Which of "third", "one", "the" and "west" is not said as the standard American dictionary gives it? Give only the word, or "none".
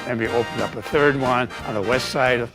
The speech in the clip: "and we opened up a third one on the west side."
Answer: none